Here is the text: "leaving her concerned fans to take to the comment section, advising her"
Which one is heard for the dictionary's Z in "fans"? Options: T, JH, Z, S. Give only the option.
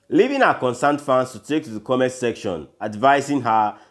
S